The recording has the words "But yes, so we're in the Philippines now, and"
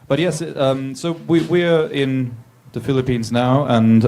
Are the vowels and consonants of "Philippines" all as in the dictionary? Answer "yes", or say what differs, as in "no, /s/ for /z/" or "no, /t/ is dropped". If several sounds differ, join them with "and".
yes